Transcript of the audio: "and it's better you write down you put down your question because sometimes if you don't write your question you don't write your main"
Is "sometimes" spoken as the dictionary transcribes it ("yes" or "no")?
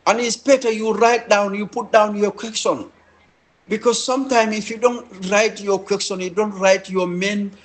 no